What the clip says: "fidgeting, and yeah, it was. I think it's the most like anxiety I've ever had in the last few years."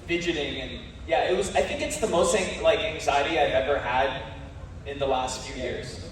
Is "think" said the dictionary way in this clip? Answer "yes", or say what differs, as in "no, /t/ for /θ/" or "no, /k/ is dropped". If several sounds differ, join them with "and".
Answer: yes